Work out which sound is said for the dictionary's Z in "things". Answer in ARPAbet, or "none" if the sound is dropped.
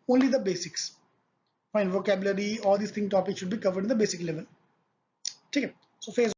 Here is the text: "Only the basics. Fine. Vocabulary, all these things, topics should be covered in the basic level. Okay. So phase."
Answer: none